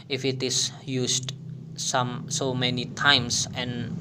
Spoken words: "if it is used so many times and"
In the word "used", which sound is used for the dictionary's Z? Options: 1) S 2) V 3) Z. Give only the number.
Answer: 1